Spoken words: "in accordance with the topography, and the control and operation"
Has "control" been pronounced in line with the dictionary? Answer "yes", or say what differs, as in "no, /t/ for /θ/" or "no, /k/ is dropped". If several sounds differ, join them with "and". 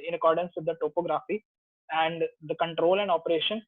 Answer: yes